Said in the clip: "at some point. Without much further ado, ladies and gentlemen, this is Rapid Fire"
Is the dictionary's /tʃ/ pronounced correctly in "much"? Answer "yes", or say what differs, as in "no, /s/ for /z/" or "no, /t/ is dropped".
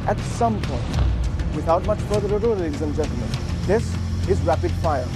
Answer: yes